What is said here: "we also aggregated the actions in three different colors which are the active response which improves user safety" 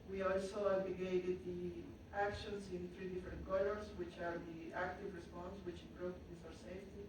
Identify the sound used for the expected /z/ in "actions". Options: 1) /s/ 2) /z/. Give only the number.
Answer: 1